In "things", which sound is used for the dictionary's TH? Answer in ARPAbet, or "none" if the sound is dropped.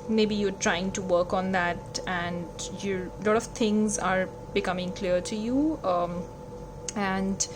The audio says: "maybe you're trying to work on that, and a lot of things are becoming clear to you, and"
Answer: T